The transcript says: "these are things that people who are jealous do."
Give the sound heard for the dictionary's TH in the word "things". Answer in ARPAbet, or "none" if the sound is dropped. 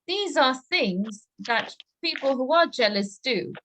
TH